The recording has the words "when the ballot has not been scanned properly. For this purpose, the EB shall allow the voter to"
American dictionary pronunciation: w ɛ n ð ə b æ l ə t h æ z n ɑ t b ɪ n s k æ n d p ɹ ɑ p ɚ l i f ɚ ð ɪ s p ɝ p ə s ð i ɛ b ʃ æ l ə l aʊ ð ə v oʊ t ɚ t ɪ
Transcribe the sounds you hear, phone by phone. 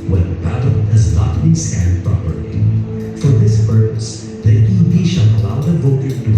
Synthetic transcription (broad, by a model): w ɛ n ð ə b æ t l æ z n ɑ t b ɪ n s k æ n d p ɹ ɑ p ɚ i f ɚ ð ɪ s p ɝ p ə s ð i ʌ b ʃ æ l ə l aʊ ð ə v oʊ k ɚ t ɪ